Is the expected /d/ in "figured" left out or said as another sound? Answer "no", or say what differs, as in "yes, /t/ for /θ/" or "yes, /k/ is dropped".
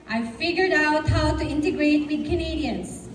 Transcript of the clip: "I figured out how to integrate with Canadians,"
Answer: no